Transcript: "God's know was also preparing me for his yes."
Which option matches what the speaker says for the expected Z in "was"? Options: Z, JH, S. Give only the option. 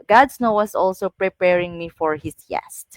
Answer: S